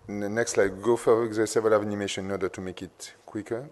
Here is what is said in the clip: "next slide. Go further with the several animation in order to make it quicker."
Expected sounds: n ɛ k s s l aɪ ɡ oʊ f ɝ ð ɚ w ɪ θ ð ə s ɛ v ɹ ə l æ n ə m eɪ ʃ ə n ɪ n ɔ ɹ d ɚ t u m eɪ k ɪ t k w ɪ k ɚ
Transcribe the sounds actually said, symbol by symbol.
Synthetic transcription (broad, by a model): n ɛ k s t l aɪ ɡ oʊ f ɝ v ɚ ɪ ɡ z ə s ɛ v l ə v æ n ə m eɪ ʃ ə n ɪ n ɔ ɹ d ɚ t u m eɪ k ɪ t k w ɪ k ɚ